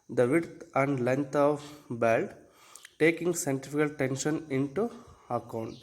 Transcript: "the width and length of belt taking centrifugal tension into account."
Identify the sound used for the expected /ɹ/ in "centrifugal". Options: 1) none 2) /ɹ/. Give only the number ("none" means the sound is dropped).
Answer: 1